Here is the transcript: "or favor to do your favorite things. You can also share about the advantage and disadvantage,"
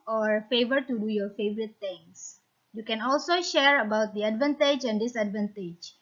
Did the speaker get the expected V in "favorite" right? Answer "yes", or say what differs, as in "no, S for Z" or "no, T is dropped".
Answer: yes